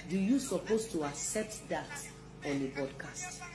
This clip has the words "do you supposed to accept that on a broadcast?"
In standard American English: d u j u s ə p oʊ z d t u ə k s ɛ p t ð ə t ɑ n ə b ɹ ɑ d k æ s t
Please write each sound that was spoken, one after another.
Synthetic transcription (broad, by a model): d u j u s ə p oʊ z t u ə k s ɛ p t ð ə t ɑ n ə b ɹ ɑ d k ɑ s t